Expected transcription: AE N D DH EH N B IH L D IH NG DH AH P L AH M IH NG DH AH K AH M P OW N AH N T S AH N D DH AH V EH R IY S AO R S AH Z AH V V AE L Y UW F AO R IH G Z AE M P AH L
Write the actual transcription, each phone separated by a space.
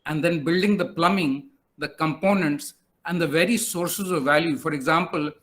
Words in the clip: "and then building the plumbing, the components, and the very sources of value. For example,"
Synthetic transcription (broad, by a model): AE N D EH N B IH L D IH NG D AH P L AH M IH NG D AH K AH M P OW N AH N T S AH N D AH V EH R IY S AO R S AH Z AH V V AE L Y UW F AO R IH G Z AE M P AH L